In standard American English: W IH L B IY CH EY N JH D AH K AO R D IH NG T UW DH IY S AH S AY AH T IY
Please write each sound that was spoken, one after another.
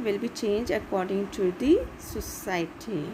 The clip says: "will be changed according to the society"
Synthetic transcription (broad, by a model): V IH L B IY CH EY N JH AH K AO R D IH NG T UW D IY S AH S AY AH T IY